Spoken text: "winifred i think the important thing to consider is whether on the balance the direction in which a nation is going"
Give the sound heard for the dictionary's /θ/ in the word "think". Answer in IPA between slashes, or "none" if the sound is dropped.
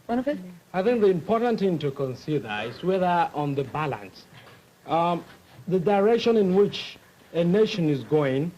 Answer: /θ/